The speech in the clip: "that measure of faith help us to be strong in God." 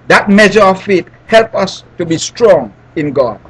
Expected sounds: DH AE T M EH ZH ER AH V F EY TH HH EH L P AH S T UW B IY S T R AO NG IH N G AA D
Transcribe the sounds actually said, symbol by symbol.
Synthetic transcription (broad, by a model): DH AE T M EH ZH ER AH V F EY T HH EH L P AH S T UW B IY S T R AO NG IH N G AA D